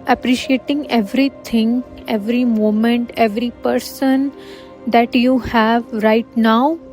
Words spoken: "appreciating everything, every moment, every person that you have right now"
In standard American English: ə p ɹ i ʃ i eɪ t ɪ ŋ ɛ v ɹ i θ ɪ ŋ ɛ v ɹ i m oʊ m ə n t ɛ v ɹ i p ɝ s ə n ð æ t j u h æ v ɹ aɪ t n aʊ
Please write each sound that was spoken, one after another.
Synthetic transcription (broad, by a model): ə p ɹ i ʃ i eɪ t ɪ ŋ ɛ v ɹ i t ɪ ŋ ɛ v ɹ i m oʊ m ə n t ɛ v ɹ i p ɝ s ə n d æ t j u h æ v ɹ aɪ t n aʊ